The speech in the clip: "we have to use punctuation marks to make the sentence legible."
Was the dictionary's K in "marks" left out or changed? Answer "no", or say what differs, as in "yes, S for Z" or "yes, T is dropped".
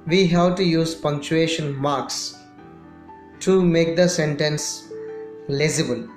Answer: no